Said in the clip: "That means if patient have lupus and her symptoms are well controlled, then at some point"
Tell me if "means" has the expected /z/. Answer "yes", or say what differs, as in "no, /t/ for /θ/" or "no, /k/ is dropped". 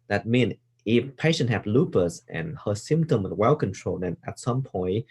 no, /z/ is dropped